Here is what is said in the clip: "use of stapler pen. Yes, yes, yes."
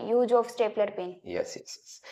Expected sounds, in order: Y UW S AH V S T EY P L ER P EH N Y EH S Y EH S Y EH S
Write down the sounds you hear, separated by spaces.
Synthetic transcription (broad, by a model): Y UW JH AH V S T EY P L ER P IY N Y EH S Y EH S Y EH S